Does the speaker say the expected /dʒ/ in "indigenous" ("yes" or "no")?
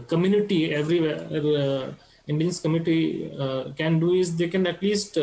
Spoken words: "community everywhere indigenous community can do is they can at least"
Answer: no